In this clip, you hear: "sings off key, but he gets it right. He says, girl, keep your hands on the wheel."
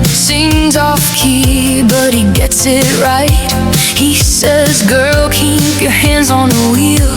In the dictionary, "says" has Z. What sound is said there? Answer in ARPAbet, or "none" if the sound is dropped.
Z